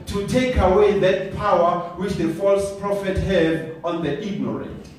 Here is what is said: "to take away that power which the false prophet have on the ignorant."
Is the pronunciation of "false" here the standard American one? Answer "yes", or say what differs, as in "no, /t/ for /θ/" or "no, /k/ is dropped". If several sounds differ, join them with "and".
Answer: yes